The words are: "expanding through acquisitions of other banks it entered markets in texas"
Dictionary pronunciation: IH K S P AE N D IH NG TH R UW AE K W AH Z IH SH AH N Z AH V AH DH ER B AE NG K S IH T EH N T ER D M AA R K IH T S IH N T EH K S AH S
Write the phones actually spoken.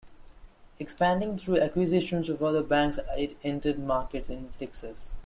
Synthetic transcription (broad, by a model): IH K S P AE N D IH NG T R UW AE K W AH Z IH SH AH N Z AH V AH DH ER B AE NG K S IH T EH N T ER D M AA R K IH T S IH N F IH K S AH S